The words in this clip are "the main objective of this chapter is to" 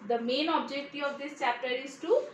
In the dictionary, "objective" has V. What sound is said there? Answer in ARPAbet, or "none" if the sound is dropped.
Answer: none